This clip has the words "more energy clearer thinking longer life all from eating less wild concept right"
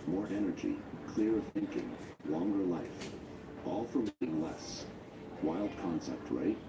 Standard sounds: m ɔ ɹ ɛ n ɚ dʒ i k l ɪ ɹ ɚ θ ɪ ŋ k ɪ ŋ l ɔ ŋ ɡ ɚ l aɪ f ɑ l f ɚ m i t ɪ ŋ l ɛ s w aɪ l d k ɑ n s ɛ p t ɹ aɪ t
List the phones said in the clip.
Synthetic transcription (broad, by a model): m ɔ ɹ ɛ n ɚ dʒ i k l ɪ ɹ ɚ θ ɪ ŋ k ɪ ŋ l ɔ ŋ ɡ ɚ l aɪ f ɑ l f ɚ m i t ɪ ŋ l ɛ s w aɪ l d k ɑ n s ɛ p t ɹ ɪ t